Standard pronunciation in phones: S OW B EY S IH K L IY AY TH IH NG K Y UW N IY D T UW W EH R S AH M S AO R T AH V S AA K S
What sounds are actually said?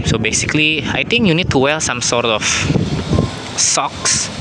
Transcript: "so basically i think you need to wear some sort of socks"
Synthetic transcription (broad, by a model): S OW B EY S IH K L IY AY T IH NG K Y UW N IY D T UW W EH L S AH M S AO R T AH F S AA K S